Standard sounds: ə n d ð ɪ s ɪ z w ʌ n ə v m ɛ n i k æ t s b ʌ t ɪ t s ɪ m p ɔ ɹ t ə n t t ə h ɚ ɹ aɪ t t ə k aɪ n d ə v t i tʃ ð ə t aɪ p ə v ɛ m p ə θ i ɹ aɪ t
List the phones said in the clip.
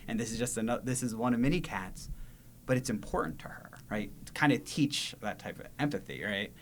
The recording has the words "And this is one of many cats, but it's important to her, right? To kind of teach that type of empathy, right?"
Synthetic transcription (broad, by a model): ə n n ð ɪ s ɪ z w ʌ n ə v m ɛ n i k æ t s b ʌ t ɪ t s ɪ m p ɔ ɹ t n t t ə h ɚ ɹ aɪ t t k aɪ n d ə t i tʃ ð ə t aɪ p ə v ɛ m p ə θ i ɹ aɪ t